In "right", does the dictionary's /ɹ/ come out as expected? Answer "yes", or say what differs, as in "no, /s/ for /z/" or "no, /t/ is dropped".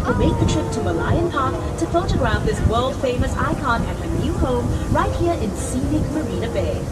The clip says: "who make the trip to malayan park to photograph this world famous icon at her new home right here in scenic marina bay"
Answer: yes